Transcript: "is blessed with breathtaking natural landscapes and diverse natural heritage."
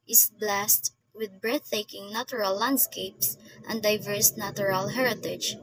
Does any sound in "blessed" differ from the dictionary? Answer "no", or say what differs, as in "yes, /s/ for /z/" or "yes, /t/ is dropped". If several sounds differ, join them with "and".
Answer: no